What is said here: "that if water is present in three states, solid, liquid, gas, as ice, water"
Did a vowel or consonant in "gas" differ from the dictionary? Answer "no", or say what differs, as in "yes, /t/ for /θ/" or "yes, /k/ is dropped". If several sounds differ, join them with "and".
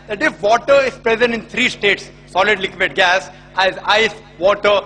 no